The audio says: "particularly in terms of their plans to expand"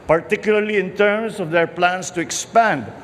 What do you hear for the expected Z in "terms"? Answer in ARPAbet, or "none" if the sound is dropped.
S